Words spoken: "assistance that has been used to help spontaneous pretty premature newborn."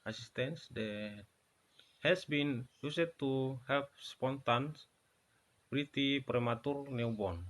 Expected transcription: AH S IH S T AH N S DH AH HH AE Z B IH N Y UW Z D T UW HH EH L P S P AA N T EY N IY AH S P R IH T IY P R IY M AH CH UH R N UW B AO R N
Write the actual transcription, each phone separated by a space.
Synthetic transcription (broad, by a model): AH S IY S T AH N S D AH HH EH S B IH N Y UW S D T UW HH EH L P S P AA N T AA N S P R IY T IY P R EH M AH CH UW R N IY B AO N